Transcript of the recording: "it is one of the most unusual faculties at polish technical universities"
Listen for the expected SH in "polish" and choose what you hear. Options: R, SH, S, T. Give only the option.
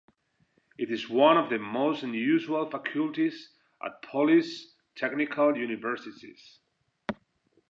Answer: S